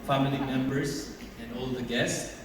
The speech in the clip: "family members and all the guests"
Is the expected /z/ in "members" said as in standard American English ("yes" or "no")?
no